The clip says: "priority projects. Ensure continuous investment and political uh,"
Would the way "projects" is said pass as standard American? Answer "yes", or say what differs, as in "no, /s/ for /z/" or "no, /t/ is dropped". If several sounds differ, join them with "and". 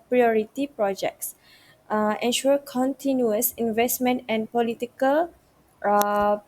yes